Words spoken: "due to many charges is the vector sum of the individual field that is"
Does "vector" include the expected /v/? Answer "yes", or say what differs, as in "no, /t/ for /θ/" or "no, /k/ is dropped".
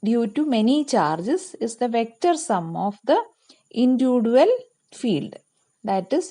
yes